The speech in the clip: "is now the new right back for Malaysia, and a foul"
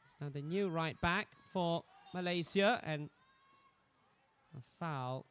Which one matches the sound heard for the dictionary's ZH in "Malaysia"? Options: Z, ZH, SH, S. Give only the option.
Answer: Z